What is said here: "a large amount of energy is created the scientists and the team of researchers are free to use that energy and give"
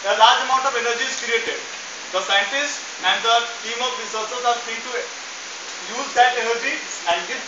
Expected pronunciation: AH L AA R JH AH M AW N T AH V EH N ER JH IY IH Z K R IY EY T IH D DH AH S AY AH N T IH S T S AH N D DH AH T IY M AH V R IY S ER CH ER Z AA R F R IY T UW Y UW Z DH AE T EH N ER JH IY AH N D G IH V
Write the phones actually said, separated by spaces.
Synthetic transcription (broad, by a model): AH L AA R JH AH M AW N T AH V EH N ER JH IY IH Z K R IY EY T IH D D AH S AY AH N T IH S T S AH N D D AH T IY M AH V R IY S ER S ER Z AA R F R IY T UW Y UW Z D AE T EH N ER JH IY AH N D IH